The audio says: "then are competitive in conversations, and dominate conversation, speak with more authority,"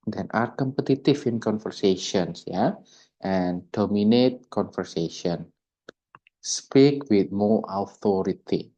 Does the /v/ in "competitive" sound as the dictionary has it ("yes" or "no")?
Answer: no